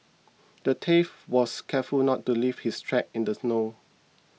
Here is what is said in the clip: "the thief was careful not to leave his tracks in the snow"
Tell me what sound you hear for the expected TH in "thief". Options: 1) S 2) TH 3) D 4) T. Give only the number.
4